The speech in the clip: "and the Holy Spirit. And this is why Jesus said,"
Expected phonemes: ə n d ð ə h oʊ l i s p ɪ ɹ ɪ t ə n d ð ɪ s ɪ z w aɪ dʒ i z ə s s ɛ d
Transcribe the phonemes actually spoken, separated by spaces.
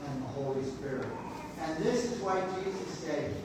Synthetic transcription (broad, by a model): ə n ð ə h oʊ l i s p ɪ ɹ ɪ t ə n ð ɪ s ɪ z w aɪ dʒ i z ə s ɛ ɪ